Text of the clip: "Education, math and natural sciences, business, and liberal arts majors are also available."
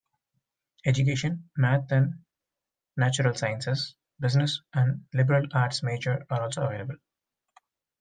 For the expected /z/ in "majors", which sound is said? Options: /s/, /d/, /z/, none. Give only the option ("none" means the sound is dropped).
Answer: none